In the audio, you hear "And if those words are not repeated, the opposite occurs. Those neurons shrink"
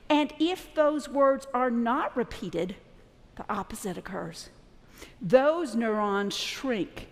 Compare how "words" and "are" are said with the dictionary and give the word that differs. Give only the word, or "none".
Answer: none